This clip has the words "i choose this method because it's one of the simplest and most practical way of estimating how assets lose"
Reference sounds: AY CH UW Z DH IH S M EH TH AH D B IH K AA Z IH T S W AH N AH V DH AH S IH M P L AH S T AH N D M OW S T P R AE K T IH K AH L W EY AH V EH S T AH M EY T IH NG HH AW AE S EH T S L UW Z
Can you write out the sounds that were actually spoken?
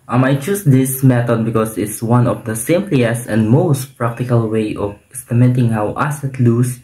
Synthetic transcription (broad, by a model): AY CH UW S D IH S M EH T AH D B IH K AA S IH T S W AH N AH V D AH S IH M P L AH S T AH N D M OW S T P R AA K T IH K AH L W EY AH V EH S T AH M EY T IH NG HH AW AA S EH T L UW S